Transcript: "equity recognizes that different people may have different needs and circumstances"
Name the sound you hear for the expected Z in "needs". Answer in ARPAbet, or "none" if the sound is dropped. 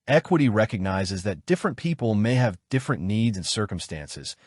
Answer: Z